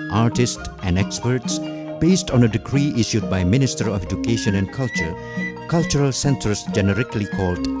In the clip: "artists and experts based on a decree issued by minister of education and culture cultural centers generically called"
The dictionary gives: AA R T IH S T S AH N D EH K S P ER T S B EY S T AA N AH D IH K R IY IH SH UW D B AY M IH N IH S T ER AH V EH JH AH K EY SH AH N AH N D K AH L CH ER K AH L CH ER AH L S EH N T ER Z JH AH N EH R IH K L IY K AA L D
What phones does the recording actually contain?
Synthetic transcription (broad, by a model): AA R T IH S T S AH N D EH K S P ER T S B EY S T AA N AH D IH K R IY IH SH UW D B AY M IH N IH S T ER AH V EH JH AH K EY SH AH N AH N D K AH L CH ER K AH L CH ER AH L S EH N S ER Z JH AH N EH R IH K L IY K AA L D